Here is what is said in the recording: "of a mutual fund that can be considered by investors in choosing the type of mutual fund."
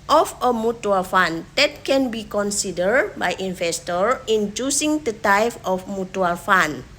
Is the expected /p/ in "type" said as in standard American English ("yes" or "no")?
no